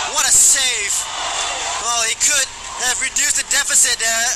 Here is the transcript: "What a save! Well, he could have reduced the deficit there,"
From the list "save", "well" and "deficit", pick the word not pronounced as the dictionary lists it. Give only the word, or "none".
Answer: save